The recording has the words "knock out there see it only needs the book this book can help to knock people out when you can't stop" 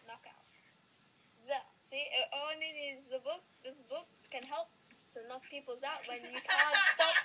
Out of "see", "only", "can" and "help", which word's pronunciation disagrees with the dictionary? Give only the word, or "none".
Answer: only